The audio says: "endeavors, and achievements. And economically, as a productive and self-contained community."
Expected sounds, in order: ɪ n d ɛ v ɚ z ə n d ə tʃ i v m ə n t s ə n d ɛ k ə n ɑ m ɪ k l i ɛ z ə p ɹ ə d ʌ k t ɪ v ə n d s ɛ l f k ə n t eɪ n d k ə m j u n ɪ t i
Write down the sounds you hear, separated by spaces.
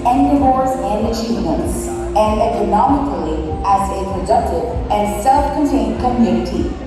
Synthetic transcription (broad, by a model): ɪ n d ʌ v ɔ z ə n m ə ʃ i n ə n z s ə n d ɛ k ə n ɑ m ɪ k l i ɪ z ə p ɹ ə d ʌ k t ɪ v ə n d s ɛ l f k ə n t eɪ n d k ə m j u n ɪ t i